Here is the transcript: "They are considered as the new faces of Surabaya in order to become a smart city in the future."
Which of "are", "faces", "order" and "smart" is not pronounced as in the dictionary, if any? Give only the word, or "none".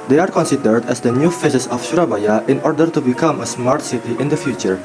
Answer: faces